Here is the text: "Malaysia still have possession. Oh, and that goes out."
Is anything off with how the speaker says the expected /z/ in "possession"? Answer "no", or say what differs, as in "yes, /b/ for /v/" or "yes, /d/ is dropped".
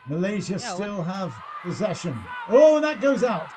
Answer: no